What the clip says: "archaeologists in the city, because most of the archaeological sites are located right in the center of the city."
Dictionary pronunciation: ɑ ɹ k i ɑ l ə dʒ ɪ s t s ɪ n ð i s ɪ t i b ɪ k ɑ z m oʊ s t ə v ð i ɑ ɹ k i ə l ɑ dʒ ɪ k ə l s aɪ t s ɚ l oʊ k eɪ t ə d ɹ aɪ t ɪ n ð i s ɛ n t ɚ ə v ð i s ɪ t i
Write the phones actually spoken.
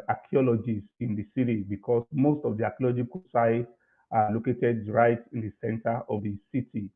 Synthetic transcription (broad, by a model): ɑ k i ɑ l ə dʒ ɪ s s ɪ n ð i s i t i b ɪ k ɑ s m oʊ s t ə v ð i ɑ k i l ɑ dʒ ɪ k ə s aɪ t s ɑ l oʊ k eɪ t ə d ɹ aɪ t ɪ n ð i s ɛ n t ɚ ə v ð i s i t i